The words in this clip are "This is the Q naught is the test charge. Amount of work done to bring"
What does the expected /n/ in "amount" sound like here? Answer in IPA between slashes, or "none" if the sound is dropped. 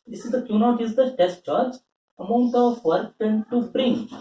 none